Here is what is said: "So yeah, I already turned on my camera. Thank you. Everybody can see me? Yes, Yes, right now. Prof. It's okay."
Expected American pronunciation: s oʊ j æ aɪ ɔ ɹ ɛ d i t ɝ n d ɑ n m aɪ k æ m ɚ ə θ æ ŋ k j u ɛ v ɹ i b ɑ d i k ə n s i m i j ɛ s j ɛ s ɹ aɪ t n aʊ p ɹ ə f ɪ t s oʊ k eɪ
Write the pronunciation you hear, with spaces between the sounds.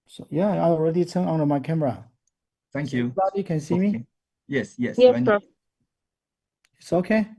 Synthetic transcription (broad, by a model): s oʊ j æ aɪ ɔ ɹ ɛ d i t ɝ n ɑ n m aɪ k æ m ɚ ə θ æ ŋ k j u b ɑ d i k ə n s i m i j ɛ s j ɛ s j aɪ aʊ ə ɪ t s oʊ k eɪ